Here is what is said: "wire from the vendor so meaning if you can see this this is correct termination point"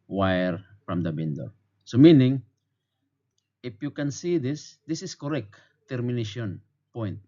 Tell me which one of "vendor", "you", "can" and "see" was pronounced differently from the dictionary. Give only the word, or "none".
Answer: vendor